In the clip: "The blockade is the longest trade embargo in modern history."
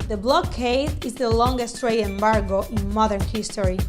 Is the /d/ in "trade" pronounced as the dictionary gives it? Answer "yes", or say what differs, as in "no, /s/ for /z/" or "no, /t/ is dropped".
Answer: no, /d/ is dropped